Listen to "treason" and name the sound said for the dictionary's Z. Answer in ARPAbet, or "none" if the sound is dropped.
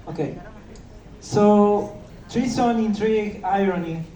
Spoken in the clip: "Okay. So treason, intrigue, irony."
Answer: S